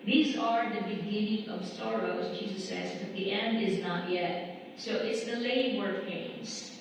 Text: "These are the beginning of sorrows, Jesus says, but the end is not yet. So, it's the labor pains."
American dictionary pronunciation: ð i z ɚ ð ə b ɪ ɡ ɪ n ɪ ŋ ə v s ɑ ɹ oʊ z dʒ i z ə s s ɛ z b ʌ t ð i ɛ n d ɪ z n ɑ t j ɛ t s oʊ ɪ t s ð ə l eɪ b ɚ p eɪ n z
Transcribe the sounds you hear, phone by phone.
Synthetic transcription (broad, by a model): ð i z ɚ ð ə b ɪ ɡ ɪ n ɪ ŋ ə v s ɑ ɹ oʊ z dʒ i z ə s s ɛ z b ʌ t ð i ɛ n d ɪ z n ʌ t j ɛ t s oʊ ɪ t s ð ə l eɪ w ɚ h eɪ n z